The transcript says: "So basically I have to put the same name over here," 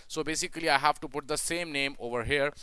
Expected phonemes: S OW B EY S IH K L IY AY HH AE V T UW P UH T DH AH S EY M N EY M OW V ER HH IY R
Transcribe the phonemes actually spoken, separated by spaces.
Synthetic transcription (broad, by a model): S OW B EY S IH K L IY AY HH AE V T UW P UH T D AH S EY M N EY M OW V ER HH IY R